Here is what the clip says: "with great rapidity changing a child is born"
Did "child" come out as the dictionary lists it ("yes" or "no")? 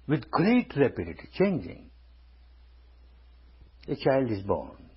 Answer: yes